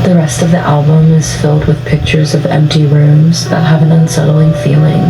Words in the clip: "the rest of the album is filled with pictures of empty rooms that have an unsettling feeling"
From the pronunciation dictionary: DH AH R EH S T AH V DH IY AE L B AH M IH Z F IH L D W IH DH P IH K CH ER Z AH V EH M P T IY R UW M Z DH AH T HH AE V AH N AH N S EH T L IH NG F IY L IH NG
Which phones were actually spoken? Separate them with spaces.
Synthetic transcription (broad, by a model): DH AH R EH S T AH V DH IY AE L B AH M IH Z F IH L D W IH DH P IH K CH ER Z AH V EH M P T IY R UW M Z DH AH T HH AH V AH N AH N S EH T L IH NG F IY L IH NG